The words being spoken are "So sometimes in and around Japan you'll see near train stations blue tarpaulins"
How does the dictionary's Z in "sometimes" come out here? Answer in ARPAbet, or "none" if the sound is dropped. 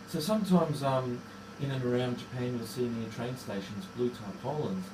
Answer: Z